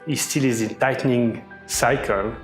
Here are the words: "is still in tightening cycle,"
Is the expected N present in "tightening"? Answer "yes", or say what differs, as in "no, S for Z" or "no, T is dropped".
yes